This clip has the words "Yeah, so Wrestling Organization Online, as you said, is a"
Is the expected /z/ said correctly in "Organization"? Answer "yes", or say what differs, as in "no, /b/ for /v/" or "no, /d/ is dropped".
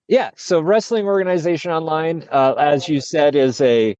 yes